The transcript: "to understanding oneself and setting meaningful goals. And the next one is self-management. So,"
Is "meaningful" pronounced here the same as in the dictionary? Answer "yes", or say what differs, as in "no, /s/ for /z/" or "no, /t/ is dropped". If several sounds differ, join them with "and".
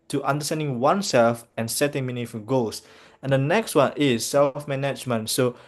no, /ŋ/ is dropped